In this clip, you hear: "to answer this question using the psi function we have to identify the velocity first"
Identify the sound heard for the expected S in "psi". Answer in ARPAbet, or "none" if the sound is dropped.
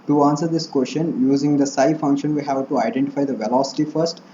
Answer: S